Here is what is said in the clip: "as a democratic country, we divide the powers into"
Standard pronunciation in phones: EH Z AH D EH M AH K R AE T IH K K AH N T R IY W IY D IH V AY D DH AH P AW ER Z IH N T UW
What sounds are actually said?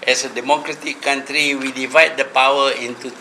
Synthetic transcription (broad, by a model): EH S AH D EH M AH K R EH T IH K K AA N T R IY W IY D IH V AY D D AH P AW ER IH N T UW